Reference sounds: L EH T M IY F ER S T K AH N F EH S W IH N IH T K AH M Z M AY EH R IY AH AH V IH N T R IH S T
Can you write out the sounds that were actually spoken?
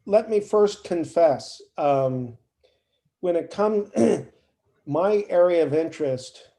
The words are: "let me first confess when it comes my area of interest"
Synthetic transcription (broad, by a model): L EH T M IY F ER S K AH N F EH S W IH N IH T K AH M M AY EH R IY AH AH V IH N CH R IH S T